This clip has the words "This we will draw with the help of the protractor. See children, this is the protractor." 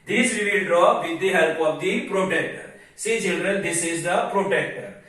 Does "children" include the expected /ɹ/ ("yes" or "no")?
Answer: yes